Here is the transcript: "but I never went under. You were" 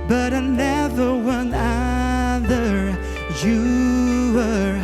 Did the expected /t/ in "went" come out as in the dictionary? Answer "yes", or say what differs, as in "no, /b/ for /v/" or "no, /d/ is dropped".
no, /t/ is dropped